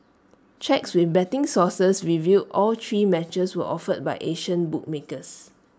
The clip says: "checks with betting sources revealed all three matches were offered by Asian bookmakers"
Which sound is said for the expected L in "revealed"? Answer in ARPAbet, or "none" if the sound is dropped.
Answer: none